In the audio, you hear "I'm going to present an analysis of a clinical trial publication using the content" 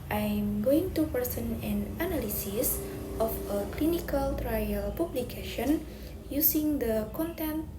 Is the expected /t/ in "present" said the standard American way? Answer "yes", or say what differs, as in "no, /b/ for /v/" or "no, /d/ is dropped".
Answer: no, /t/ is dropped